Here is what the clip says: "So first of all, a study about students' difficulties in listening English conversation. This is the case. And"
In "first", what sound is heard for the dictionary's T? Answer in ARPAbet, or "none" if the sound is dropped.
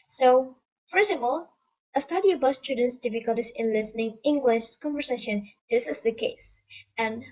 none